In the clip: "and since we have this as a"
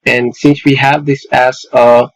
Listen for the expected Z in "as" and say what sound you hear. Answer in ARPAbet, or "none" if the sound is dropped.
S